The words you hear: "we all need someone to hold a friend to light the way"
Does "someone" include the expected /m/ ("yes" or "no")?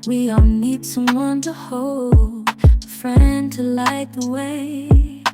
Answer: no